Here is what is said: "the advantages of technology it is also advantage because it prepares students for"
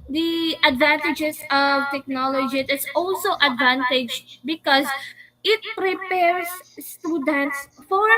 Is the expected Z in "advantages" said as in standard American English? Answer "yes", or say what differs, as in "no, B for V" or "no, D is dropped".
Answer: no, S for Z